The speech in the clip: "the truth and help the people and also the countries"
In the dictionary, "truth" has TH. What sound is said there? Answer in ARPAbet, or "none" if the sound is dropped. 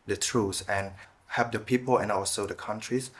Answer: S